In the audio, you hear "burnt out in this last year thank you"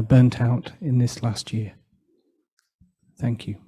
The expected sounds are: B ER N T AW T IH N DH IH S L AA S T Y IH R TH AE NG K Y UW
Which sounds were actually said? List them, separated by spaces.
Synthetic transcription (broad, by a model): B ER N T AW T IH N DH IH S L AA S T Y IH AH TH AE NG K Y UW